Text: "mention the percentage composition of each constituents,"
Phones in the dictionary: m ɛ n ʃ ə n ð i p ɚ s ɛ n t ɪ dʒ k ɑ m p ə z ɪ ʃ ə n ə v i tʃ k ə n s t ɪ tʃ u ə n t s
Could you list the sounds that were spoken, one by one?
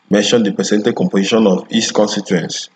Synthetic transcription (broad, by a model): m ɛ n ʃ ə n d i p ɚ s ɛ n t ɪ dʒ k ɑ m p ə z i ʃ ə n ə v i s k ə n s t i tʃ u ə n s